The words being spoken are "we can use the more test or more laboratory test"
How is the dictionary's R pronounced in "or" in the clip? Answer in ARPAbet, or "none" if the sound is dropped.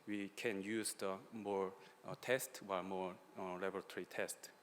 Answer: L